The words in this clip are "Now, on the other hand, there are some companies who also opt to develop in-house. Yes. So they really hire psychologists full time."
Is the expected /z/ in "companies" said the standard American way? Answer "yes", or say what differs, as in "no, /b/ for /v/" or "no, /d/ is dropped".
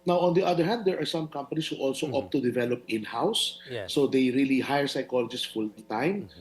no, /s/ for /z/